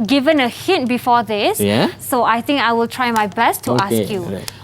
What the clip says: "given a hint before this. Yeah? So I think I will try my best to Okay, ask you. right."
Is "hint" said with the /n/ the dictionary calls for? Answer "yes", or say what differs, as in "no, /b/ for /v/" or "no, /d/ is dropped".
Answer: no, /n/ is dropped